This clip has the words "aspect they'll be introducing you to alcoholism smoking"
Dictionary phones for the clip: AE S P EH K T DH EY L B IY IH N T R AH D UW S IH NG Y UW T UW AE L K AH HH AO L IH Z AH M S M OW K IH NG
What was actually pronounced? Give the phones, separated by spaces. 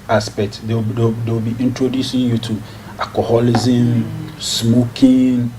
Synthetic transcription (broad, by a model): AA S P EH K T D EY W B IY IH N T R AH D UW S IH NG Y UW T UW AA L K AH HH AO L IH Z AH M S M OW K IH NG